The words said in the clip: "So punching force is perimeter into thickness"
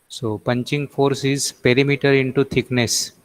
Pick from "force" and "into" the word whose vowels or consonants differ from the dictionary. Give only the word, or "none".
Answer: none